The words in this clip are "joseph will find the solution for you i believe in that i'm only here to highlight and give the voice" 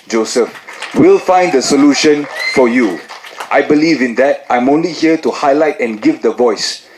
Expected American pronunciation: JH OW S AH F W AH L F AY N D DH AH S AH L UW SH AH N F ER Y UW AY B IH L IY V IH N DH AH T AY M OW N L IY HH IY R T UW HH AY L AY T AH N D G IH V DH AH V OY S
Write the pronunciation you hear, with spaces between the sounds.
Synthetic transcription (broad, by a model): JH OW S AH F W AH L F AY N D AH S AH L UW SH AH N F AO Y UW AY B IH L IY V IH N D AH T AY M OW N L IY HH IY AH T UW HH AY L AY T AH N G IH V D AH V OY S